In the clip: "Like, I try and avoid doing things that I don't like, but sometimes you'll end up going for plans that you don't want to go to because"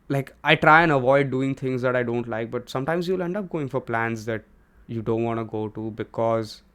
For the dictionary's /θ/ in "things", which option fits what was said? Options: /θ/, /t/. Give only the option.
/t/